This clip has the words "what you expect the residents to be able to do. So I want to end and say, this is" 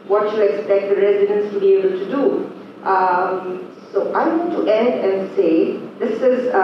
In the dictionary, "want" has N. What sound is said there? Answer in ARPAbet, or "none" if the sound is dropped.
none